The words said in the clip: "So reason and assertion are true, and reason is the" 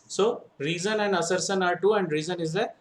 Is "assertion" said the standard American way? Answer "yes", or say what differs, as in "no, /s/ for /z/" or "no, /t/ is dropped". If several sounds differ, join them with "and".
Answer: no, /s/ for /ʃ/